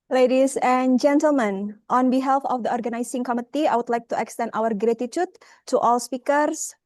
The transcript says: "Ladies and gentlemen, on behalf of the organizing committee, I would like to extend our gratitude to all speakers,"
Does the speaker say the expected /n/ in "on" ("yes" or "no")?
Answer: yes